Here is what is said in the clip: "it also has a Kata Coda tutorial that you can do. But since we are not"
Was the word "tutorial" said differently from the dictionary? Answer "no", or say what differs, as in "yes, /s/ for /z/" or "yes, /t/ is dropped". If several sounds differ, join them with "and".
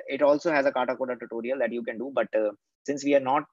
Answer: no